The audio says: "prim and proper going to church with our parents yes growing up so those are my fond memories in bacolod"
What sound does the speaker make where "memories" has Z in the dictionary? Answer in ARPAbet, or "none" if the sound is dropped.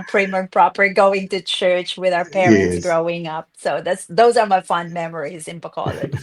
Z